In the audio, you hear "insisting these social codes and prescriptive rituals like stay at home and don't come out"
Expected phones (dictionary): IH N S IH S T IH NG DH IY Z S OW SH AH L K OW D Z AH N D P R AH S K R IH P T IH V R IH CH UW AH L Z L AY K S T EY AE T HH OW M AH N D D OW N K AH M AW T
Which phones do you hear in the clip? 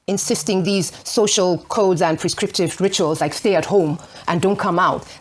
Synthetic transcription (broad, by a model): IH N S IH S T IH NG DH IY Z S OW SH AH L K OW D Z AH N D P R AH S K R IH P T IH V R IH CH UW AH L Z L AY K S T EY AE T HH OW M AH N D D OW N K AH M AW T